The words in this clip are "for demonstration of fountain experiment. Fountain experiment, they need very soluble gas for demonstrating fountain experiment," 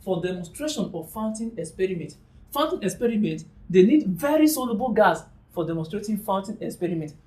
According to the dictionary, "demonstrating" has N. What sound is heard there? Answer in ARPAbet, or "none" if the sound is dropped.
none